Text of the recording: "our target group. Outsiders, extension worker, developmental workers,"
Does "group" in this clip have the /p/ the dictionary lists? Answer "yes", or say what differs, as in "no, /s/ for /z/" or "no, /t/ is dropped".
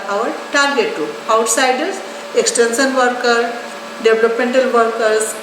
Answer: no, /p/ is dropped